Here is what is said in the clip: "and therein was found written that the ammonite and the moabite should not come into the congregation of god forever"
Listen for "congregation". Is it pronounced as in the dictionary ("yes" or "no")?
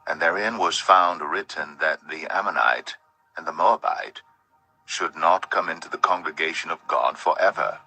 yes